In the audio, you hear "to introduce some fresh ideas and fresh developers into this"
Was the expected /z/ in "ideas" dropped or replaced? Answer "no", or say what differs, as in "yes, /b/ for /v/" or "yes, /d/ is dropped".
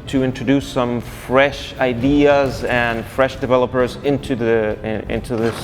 no